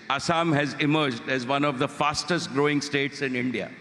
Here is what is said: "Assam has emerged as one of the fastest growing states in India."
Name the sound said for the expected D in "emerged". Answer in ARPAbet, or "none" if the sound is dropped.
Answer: D